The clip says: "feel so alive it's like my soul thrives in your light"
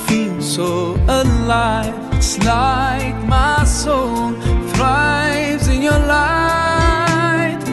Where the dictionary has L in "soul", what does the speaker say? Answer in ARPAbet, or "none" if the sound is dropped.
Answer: N